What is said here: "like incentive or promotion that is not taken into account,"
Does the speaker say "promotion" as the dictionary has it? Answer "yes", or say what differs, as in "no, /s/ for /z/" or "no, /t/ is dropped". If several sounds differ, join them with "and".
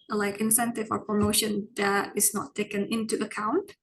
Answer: yes